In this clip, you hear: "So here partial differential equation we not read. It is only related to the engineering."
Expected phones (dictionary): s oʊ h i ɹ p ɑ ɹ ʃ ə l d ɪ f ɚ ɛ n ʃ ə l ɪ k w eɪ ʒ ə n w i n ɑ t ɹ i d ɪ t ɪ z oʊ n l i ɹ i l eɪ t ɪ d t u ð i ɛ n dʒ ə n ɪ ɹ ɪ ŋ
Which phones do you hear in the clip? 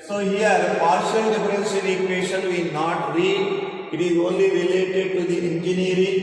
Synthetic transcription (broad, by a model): s oʊ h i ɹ p ɑ ɹ ʃ ə l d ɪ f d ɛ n s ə n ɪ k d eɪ ʃ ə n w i n ɑ t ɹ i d ɪ t ɪ z oʊ n l i ɹ i l eɪ t ɪ d t u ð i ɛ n dʒ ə n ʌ ɹ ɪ